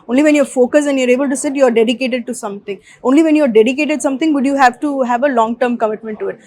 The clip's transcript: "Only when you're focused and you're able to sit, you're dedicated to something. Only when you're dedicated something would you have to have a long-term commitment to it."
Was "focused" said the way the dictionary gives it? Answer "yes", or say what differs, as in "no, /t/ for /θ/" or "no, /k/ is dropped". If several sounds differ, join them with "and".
no, /t/ is dropped